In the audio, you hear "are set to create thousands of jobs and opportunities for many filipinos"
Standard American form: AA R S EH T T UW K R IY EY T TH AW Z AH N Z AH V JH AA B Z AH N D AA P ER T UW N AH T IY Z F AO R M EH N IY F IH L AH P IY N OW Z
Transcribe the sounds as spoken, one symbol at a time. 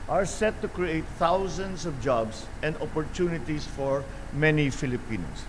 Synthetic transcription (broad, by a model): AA R S EH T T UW K R IY EY T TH AW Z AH N S AH V JH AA B S AH N D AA P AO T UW N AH T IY S F AO R M EH N IY F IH L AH P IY N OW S